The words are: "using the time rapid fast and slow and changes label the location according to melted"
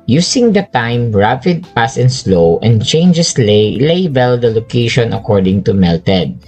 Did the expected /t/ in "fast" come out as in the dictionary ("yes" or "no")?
no